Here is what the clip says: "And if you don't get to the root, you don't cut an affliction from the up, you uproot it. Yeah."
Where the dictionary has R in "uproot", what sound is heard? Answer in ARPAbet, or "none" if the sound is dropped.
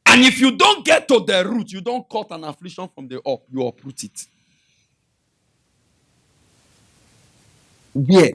R